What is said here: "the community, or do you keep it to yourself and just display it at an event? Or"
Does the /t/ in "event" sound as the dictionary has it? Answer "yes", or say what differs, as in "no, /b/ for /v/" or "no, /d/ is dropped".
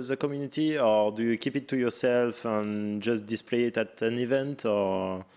yes